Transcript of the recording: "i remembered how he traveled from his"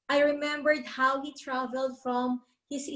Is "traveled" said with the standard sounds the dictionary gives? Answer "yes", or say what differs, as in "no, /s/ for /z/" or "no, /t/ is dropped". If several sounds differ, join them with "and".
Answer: yes